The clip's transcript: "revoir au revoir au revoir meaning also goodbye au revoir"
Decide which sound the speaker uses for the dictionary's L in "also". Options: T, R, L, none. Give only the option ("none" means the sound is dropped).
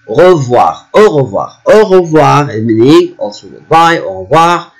none